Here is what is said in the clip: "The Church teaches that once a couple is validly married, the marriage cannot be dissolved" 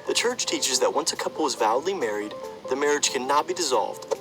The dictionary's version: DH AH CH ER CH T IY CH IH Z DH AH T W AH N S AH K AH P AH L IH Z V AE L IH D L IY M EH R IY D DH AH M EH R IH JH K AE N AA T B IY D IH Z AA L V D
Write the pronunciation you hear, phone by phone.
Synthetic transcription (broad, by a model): DH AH CH ER CH T IY CH IH Z DH AH T W AH N S AH K AH P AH L IH Z V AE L D L IY M EH R IY D DH AH M EH R IH JH K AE N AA T B IY D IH Z AA L V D